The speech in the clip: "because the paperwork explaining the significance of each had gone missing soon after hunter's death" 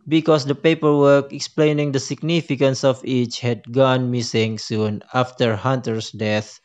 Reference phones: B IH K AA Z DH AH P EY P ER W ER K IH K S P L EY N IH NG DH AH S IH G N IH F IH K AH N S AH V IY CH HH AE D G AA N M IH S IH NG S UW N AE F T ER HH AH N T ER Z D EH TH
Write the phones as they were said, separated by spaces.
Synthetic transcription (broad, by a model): B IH K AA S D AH P EY P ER W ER K IH K S P L EY N IH NG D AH S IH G N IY F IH K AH N S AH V IY CH HH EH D G AA N M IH S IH NG S UW N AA F T ER HH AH N T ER S D EH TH